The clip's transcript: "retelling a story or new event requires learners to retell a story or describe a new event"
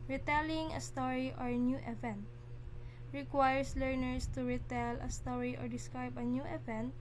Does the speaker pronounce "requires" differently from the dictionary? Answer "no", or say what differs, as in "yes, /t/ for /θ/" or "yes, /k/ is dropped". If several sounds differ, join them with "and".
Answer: yes, /s/ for /z/